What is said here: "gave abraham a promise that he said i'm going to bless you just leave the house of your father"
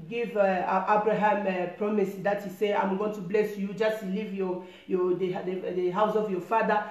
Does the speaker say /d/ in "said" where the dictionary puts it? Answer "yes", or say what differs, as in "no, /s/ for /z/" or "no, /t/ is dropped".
no, /d/ is dropped